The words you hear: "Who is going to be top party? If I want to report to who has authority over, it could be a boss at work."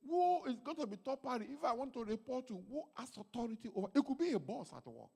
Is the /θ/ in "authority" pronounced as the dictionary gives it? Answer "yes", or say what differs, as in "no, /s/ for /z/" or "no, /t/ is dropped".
no, /t/ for /θ/